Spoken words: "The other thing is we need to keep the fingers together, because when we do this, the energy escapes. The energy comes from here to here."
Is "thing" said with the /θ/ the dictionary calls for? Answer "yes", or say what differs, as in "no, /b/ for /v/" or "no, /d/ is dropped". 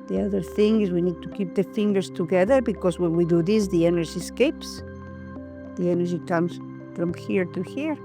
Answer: yes